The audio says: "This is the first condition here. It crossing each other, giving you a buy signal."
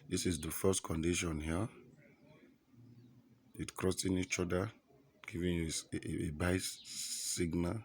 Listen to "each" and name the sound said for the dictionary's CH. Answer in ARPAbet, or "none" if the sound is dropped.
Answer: CH